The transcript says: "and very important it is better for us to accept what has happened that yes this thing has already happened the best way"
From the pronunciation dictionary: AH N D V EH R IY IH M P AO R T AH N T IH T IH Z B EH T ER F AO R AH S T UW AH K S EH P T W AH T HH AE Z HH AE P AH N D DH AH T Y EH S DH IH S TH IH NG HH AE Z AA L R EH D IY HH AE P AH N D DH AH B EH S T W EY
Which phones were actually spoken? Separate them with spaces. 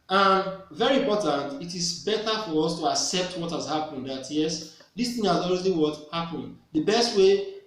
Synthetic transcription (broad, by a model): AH N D V EH R IY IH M P AO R T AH N T IH T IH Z B EH T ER F AO R AH S T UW AH K S EH P T W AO T HH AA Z HH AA P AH N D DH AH T Y EH S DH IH S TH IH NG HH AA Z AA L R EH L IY HH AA P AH N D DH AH B EH S T W EY